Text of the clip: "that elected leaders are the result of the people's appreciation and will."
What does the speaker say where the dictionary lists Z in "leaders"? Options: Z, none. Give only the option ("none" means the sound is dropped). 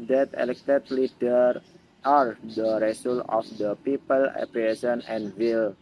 none